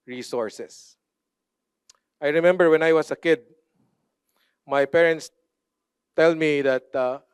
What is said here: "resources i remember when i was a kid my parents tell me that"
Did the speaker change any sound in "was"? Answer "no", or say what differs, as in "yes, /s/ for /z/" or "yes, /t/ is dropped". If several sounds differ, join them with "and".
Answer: yes, /s/ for /z/